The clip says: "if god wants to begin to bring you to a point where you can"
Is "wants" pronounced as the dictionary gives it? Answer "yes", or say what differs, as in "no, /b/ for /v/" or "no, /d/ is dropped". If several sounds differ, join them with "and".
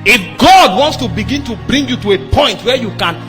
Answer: yes